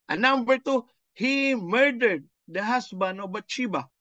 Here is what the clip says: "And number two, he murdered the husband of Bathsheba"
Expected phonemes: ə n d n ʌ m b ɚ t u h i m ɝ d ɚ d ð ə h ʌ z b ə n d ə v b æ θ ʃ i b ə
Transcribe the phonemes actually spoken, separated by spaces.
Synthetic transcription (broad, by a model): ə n n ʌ m b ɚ t u h i m ɝ d ɚ d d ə h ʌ s b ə n ə b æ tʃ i b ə